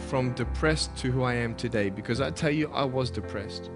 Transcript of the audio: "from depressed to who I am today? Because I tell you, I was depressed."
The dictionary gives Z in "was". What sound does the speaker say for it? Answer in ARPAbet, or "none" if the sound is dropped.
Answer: Z